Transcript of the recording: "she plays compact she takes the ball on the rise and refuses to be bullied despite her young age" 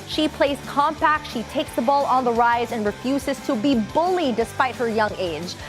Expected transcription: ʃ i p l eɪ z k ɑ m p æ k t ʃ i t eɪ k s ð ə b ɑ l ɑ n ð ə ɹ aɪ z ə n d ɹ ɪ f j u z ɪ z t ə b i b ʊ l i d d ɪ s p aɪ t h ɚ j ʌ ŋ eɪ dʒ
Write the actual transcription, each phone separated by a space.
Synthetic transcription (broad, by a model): ʃ i p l eɪ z k ɑ m p æ k t ʃ i t eɪ k s ð ə b ɑ l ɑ n ð ə ɹ aɪ z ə n ɹ ɪ f j u z ɪ z t ə b i b ʊ l i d d ɪ s p aɪ t h ɚ j ʌ ŋ eɪ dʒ